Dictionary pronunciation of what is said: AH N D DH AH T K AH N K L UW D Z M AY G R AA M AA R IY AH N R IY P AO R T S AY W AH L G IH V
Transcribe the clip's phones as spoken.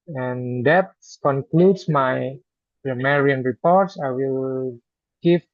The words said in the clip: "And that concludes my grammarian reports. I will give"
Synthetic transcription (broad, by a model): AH N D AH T K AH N K L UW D S M AY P R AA M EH R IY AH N R IY P AO R T S AY W AH L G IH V